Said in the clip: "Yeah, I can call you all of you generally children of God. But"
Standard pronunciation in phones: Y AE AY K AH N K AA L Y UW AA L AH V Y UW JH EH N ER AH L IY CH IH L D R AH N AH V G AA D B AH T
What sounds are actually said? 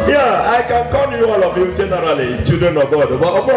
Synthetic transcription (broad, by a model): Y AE AY K AH N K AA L Y UW AA L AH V Y UW JH EH N ER AH L IY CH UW D AH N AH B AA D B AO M